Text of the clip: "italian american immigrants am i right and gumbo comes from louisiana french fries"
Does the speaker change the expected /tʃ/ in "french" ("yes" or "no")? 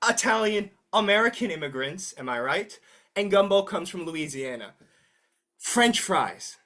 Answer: no